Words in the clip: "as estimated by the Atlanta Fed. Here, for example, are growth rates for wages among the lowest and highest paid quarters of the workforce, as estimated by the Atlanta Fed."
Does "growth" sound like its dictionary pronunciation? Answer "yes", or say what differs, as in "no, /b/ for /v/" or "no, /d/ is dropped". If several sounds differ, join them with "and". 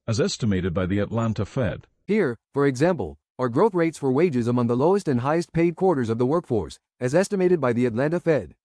yes